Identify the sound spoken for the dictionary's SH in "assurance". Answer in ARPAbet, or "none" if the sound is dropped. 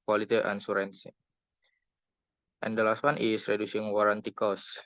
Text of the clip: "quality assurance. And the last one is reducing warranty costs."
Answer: S